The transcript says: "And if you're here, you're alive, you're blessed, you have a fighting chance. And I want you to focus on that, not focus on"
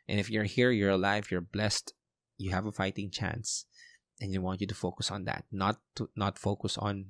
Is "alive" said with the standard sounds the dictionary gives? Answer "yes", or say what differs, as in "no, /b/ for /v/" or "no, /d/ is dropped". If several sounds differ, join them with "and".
yes